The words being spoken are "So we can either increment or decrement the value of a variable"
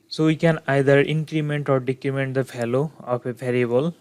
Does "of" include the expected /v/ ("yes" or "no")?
no